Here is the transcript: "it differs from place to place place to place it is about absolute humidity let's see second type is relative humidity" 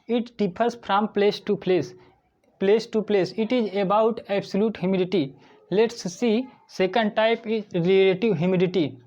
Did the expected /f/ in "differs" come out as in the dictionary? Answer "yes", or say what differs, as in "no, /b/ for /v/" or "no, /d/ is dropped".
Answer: no, /p/ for /f/